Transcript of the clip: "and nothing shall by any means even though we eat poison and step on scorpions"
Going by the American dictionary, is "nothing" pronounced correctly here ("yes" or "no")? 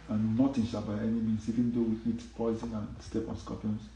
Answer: no